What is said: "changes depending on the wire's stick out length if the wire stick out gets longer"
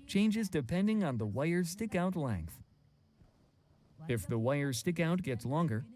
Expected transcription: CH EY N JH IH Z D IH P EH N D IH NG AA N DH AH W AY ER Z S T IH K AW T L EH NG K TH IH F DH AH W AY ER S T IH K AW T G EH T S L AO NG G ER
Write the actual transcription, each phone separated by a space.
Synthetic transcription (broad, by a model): CH EY N JH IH Z D IH P EH N D IH NG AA N DH AH W AY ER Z S T IH K AW T L EH NG K TH IH F DH AH W AY ER S T IH K AW T G EH T S L AO NG G ER